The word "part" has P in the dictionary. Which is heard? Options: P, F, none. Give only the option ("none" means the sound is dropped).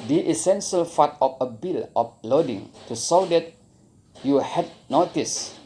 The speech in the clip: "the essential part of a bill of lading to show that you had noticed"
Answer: F